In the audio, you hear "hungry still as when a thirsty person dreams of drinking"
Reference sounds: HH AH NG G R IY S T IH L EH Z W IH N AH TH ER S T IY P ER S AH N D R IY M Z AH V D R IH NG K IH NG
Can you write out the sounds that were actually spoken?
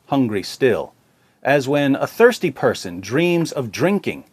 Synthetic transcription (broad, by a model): HH AH NG G R IY S T IH L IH Z W IH N AH TH ER S T IY P ER S AH N D R IY M Z AH V D R IH NG K IH NG